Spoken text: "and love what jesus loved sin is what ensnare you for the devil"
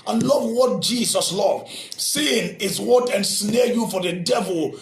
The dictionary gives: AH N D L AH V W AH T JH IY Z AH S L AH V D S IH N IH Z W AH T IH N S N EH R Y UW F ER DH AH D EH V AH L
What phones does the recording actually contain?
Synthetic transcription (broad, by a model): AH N L AH V W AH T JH IY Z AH S L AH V S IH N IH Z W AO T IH N S N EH Y UW F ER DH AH D EH V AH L